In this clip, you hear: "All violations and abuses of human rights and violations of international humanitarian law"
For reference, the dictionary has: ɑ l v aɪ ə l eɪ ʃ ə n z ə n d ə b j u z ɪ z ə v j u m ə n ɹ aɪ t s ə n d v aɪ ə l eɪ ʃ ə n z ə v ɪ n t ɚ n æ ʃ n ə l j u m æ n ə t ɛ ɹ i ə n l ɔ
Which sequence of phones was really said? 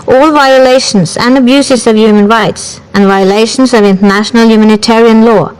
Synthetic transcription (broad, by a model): ɑ l v aɪ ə l eɪ ʃ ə n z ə n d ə b j u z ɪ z ə v j u m ə n ɹ aɪ t s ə n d v aɪ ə l eɪ ʃ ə n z ə v ɪ n t ɚ n æ ʃ n ə l j u m æ n ə t ɛ ɹ i ə n l ɔ